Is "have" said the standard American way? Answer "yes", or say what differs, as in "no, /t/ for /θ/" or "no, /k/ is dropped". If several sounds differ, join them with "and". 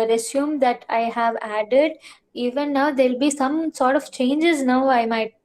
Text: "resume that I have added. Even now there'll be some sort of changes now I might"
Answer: yes